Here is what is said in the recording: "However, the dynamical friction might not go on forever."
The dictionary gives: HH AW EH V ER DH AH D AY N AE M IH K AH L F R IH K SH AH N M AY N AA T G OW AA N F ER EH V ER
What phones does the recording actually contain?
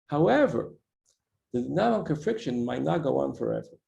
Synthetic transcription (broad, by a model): HH AW EH V ER DH AH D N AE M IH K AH N F R IH K SH AH N M AY N AA T G OW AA N F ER EH V ER